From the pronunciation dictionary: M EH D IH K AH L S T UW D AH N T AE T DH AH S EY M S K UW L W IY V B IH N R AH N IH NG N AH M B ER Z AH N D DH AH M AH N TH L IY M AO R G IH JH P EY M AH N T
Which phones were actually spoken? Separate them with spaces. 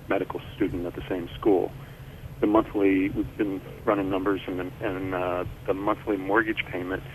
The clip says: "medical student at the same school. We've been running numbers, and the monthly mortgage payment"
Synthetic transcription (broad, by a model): M EH D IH K L S T UW D N T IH T DH AH S EY M S K UW L W IY V B IH N R AH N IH N AH M B ER Z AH N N DH AH M AH N TH L IY M AO R G IH JH P EY M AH N T